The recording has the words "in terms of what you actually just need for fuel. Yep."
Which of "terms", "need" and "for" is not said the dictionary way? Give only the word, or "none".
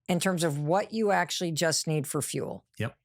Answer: none